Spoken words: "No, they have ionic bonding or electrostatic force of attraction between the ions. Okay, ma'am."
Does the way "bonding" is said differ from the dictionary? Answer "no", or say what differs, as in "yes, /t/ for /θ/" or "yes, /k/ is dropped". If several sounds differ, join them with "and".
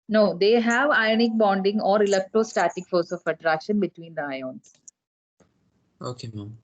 no